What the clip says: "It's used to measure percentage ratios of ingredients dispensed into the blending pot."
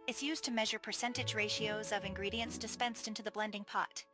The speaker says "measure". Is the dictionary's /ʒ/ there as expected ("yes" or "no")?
yes